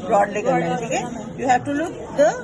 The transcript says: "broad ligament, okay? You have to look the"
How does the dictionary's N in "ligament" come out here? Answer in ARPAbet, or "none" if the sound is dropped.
none